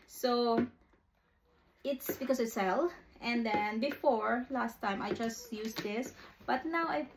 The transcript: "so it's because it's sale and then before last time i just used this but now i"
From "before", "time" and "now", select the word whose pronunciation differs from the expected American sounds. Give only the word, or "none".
none